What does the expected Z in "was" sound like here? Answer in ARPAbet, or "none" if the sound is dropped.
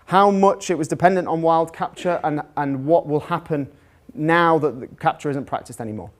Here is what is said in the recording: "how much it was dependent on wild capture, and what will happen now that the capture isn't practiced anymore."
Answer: Z